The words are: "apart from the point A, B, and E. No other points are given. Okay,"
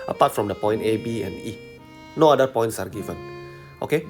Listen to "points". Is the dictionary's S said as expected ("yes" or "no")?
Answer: yes